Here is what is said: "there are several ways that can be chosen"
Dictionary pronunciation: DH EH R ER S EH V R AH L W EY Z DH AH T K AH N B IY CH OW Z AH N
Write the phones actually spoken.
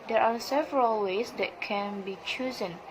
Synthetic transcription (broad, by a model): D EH R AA S EH V R AH L W EY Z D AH T K AH N B IY CH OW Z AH N